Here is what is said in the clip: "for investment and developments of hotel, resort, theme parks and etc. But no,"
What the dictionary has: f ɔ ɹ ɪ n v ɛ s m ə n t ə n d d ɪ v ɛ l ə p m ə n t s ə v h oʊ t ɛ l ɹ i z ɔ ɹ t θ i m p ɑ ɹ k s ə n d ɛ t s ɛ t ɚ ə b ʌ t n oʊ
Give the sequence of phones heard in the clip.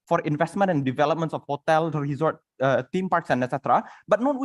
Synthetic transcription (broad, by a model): f ɔ ɹ ɪ n v ɛ s m ə n t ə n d d ɪ v ɛ l ə p m ə n t s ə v h oʊ t ɛ l ɹ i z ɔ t t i m p ɑ ɹ k s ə n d ɛ t s ɛ t ɚ ə b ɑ t n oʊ